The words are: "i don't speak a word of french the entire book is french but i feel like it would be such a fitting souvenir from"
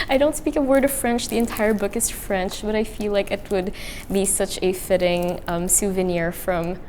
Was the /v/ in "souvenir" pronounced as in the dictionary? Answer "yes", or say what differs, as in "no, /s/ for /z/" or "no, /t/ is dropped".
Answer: yes